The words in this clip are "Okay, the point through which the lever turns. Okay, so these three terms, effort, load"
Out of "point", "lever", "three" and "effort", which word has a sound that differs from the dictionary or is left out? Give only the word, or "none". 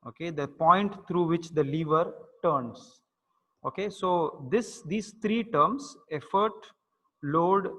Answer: three